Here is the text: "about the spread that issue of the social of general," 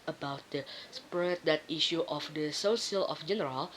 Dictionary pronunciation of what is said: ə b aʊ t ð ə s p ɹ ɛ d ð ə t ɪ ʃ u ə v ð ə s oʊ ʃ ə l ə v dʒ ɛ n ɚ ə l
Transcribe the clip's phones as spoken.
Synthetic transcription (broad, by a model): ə b aʊ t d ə s p ɹ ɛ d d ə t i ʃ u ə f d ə s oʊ s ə l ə f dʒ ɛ n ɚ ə l